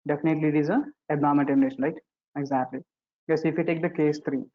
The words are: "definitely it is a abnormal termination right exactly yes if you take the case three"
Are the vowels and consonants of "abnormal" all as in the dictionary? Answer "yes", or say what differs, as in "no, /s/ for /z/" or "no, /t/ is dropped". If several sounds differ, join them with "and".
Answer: no, /n/ is dropped